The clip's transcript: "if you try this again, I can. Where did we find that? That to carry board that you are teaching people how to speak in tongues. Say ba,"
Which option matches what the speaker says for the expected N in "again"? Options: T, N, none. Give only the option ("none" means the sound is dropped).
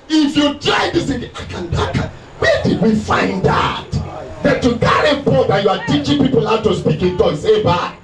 none